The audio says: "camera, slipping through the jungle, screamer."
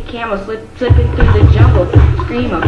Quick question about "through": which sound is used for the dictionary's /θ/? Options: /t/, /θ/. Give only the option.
/θ/